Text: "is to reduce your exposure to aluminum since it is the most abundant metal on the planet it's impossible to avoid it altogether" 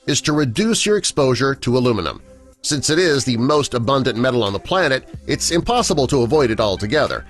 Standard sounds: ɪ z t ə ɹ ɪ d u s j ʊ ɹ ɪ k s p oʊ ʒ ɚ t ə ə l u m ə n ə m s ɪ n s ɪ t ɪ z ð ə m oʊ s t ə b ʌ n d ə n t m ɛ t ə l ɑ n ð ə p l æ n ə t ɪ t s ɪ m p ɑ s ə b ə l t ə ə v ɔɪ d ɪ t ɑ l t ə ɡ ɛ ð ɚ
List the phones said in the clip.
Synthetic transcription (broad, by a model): ɪ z t ə ɹ ɪ d u s j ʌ ɹ ɪ k s p oʊ ʒ ɚ t ə ə l u m ə n ə m s ɪ n s ɪ t ɪ z ð ə m oʊ s t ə b ʌ n d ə n m ɛ t l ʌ n ð ə p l æ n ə t ɪ t s ɪ m p ɑ s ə b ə l t ə ə v ɔɪ d ɪ t ɑ l t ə ɡ ɛ ð ɚ